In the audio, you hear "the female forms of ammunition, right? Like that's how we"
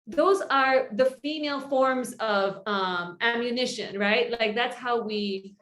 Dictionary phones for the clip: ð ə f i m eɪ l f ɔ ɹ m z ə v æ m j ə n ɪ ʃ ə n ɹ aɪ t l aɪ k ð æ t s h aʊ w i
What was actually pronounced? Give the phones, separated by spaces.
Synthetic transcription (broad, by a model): ð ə f i m eɪ l f ɔ ɹ m z ə v æ m j ə n ɪ ʃ ə n ɹ aɪ t l aɪ k ð æ t s h aʊ w i